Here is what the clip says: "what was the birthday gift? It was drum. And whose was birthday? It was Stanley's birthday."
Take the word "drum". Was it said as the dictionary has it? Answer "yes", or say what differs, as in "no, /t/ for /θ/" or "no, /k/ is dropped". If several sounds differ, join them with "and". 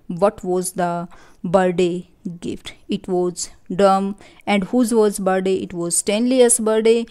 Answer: no, /ɹ/ is dropped